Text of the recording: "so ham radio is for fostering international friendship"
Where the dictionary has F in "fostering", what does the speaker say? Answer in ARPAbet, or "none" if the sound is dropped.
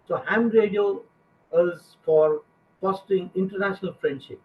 P